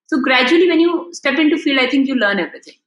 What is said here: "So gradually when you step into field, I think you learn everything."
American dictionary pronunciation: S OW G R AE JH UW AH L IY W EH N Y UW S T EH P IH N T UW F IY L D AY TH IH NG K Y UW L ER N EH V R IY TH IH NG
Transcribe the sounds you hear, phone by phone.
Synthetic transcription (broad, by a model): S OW G R AE JH UW AH L IY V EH N Y UW S T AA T IH N T UW F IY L AY T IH NG K Y UW L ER N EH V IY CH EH